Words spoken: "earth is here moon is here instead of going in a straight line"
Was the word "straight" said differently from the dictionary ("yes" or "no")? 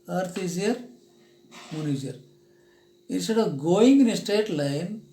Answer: yes